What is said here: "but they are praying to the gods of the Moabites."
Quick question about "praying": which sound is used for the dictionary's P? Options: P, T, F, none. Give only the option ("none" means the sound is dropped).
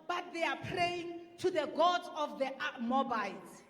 P